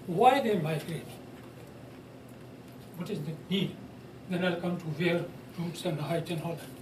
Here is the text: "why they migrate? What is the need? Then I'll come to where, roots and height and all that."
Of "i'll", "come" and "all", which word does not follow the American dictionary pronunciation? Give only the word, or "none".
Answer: none